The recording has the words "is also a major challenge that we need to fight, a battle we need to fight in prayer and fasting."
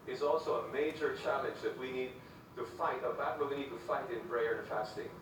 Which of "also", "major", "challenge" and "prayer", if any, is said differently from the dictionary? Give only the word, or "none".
prayer